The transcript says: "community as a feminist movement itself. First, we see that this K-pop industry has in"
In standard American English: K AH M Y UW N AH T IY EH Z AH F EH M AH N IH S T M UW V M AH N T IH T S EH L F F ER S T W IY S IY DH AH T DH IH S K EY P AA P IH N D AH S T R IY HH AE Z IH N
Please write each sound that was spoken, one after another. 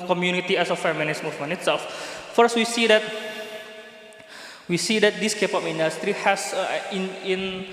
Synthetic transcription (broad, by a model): K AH M Y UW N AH T IY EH S AH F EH M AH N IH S M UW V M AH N IH T S EH L F F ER S T W IY S IY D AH T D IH S K EY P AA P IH N D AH S T R IY HH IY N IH N